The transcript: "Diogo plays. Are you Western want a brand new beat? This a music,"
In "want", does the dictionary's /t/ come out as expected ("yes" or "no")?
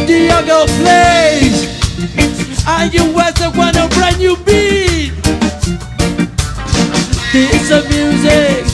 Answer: no